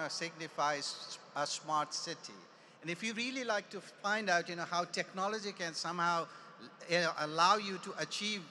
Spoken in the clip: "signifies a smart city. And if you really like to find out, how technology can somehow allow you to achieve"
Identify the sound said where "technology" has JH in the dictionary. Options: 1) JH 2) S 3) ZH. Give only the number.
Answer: 1